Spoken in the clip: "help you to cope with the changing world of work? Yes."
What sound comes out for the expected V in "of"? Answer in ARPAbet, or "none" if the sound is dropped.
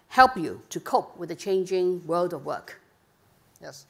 V